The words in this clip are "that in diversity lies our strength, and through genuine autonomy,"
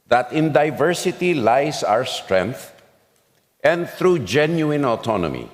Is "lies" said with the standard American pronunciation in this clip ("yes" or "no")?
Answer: no